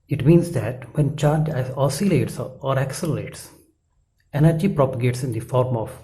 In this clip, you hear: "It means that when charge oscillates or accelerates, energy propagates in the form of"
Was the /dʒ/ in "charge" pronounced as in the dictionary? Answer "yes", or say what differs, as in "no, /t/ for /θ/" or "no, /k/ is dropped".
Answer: no, /dʒ/ is dropped